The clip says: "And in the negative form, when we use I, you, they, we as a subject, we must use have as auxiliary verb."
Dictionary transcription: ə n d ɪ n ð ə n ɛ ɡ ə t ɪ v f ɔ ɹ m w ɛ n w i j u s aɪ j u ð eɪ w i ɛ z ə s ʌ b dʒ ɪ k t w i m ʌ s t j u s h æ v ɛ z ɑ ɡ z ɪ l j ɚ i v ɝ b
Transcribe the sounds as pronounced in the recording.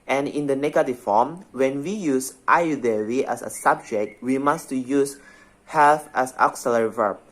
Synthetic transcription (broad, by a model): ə n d ɪ n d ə n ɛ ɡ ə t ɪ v f ɔ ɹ m w ɛ n w i j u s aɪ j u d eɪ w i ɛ s ə s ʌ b dʒ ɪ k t w i m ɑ s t j u s h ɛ f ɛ s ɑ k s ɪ l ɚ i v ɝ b